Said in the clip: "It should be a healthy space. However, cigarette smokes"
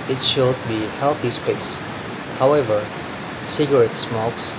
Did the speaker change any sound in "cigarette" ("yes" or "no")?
no